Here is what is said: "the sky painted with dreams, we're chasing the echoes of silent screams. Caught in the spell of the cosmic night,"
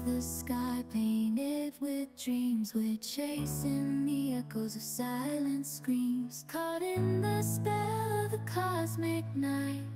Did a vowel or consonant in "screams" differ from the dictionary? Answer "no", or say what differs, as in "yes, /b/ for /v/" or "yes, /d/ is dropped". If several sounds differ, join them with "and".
no